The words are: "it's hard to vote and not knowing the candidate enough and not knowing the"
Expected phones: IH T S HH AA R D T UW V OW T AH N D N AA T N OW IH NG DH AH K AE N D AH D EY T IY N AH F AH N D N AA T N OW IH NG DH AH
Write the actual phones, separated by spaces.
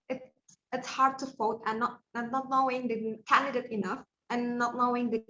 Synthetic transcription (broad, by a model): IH T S HH AA R D T UW F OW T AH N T N AA T N OW IH NG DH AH K AE N D AH D EY T IY N AH F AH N N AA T N OW IH NG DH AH